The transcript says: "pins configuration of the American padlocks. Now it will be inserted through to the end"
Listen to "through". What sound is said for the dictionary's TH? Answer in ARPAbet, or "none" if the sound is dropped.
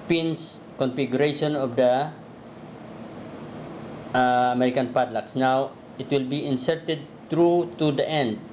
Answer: T